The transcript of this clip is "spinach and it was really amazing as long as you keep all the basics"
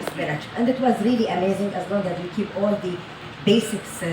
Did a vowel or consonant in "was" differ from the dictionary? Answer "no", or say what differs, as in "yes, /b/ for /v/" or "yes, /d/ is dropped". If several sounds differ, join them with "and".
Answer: no